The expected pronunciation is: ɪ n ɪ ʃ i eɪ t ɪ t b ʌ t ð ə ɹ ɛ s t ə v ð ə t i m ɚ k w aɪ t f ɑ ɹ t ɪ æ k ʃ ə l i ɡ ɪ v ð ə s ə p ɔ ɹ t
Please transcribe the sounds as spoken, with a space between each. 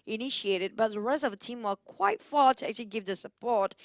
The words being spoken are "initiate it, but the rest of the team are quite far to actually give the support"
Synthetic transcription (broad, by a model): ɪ n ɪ ʃ i eɪ t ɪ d b ʌ t ð ə ɹ ɛ s t ə v ð ə t i m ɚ k w aɪ t f ɑ ɹ t ɪ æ k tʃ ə l i ɡ ɪ v ð ə s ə p ɔ ɹ t